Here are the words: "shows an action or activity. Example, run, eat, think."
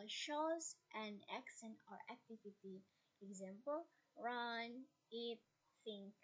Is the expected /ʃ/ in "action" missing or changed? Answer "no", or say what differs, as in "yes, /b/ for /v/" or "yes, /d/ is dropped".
yes, /s/ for /ʃ/